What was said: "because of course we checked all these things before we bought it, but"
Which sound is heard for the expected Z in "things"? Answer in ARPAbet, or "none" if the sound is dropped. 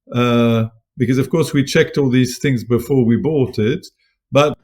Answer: Z